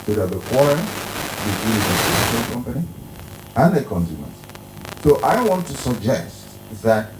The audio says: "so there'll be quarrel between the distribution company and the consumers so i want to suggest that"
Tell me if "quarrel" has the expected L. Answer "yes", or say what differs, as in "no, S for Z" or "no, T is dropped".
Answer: no, N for L